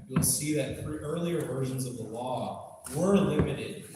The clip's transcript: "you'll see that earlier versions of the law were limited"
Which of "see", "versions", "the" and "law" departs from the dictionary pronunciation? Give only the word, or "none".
none